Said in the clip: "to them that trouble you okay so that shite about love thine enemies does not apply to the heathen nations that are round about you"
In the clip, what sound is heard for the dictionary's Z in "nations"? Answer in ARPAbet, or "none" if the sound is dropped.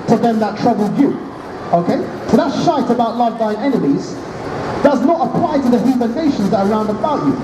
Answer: Z